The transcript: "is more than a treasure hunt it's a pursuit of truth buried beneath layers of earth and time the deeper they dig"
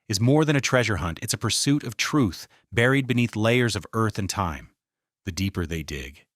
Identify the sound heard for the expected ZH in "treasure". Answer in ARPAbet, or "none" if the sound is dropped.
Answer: ZH